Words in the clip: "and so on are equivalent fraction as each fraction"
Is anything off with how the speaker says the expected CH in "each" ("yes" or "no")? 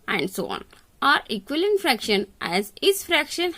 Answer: yes